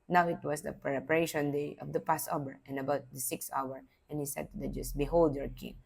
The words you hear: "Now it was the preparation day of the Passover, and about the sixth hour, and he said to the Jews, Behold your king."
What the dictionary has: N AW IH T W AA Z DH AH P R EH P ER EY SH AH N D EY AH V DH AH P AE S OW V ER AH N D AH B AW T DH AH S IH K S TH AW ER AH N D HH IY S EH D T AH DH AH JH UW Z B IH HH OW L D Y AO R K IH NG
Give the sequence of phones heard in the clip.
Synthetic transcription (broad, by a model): N AW IH T W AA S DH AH P R EH P ER EY SH AH N D EY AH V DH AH P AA S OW B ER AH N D AH B AW T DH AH S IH K S AW ER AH N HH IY S EH D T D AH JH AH S B IH HH OW L D Y AO R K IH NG